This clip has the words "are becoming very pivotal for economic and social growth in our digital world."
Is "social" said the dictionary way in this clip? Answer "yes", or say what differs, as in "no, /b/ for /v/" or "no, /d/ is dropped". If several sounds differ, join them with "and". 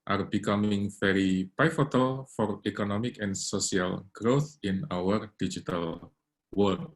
no, /s/ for /ʃ/